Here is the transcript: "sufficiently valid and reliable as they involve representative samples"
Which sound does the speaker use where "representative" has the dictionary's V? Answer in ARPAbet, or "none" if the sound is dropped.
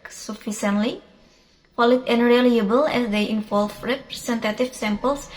F